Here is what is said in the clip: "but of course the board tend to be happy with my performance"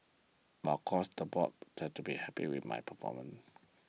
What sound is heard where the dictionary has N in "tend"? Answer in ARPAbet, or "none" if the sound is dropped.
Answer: none